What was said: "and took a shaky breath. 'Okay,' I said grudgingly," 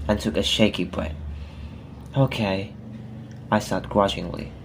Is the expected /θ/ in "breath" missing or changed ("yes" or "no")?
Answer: yes